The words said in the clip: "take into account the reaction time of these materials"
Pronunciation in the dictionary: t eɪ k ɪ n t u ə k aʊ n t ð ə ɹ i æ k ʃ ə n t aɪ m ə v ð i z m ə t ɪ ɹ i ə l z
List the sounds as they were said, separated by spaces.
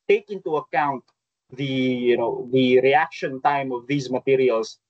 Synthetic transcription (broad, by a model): t eɪ k ɪ n t u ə k aʊ n t ð ə ɹ i æ k ʃ ə n t aɪ m ə v ð i z m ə t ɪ ɹ i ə l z